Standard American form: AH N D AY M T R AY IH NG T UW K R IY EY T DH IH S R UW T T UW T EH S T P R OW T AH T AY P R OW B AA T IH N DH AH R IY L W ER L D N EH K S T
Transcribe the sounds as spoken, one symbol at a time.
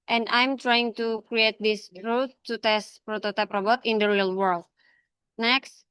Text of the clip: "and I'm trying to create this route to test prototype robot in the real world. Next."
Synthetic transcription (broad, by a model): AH N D AY M T R AY IH NG T UW K R IY EY T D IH S R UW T T UW T EH S T P R OW T AH T AY P R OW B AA T IH N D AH R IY L W ER L D N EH K S T